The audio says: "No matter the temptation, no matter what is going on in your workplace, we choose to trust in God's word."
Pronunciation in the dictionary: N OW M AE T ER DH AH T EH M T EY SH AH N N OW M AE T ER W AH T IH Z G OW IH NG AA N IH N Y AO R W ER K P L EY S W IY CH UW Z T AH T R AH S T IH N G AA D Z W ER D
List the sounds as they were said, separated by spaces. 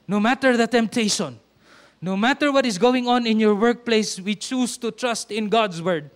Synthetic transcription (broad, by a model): N OW M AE T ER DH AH T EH M T EY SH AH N N OW M AE T ER W AH T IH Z G OW IH NG AA N IH N Y AO R W ER K P L EY S W IY CH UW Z T AH T R AH S T IH N G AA D S W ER D